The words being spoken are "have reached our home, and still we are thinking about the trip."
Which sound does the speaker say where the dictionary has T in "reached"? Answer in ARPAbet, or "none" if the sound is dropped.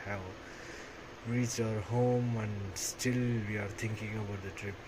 none